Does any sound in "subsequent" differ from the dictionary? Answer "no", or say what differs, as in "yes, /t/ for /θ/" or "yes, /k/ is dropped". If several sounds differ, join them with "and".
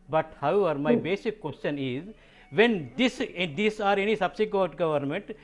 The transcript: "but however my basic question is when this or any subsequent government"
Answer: yes, /n/ is dropped